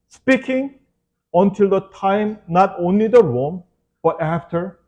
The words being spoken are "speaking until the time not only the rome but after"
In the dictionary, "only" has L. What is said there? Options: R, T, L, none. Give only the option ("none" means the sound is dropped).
L